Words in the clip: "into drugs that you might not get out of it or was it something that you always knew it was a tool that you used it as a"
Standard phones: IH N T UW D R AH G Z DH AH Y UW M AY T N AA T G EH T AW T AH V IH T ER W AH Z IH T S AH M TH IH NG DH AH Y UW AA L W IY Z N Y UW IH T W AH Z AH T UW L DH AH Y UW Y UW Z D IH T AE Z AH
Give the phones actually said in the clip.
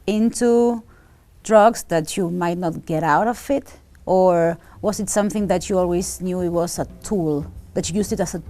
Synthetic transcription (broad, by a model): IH N T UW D R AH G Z DH AH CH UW M AY T N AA T G EH T AW T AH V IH T ER W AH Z IH T S AH M TH IH NG DH AH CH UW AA L W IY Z N Y UW IH T W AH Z AH T UW L DH AH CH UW Y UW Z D IH T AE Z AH